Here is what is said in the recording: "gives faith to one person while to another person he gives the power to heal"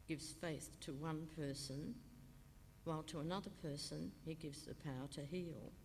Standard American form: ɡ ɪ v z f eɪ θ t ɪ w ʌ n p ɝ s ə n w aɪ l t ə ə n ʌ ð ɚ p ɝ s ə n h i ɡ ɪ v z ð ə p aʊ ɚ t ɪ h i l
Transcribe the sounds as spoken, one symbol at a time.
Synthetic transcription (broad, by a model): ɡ ɪ v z f eɪ θ t ɪ w ʌ n p ɝ s ə n w aɪ l t ə ə n ʌ ð ɚ p ɝ s ə n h i ɡ ɪ v z ð ə p aʊ ɚ t ɪ h i l